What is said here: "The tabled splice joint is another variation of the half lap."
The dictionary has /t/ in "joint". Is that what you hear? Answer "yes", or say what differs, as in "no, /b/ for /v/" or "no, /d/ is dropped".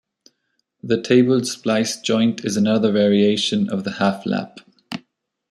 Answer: yes